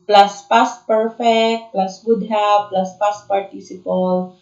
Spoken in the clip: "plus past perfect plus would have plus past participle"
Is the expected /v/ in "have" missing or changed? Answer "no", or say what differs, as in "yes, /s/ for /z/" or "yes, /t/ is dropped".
yes, /b/ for /v/